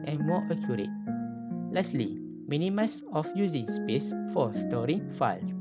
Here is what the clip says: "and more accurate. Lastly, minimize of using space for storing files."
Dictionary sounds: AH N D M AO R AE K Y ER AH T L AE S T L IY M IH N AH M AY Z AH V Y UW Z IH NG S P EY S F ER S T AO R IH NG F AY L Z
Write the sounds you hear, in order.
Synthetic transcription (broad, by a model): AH N M AO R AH K Y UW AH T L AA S L IY M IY N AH M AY S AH F Y UW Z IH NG S P EY S F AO S T AO R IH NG F AY L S